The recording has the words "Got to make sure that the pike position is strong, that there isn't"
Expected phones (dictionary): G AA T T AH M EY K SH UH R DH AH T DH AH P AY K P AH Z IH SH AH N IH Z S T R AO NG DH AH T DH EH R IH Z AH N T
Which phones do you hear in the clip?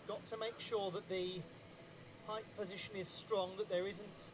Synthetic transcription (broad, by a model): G AA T T AH M EY K SH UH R DH AH T DH AH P AY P P AH Z IH SH AH N IH Z S T R AO NG DH AH T DH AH R IH Z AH N T